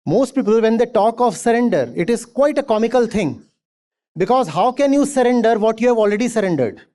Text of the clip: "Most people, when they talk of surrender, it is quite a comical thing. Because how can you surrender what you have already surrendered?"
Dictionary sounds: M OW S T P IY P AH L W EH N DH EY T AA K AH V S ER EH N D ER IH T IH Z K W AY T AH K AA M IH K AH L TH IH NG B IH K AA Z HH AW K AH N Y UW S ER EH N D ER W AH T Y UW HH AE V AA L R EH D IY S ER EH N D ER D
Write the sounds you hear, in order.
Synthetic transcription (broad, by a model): M OW S T P IY P AH L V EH N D EY T AA K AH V S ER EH N D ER IH T IH Z K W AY T AH K AA M IH K AH L T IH NG B IH K AA Z HH AW K AH N Y UW S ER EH N D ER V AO T Y UW HH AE V AA L R EH D IY S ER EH N D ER D